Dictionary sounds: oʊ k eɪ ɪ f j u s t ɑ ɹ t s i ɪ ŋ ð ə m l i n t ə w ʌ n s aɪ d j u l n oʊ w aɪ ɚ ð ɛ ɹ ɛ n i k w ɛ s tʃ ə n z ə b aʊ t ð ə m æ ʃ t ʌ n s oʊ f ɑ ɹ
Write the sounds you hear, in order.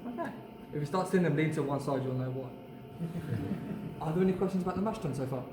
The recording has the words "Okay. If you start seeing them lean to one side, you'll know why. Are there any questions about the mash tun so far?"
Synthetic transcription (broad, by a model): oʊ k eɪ ɪ f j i s t ɑ t s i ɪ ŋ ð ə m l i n t ə w ʌ n s aɪ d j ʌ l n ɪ w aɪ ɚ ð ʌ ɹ ɛ n i k w ɛ s tʃ ə n z ə b aʊ t ð ə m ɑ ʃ t ʌ n s oʊ f ɑ